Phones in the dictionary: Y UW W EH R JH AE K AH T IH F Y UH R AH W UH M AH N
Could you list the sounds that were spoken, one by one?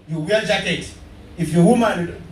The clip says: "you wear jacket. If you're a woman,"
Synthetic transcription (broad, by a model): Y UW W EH L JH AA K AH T IH F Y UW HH AH M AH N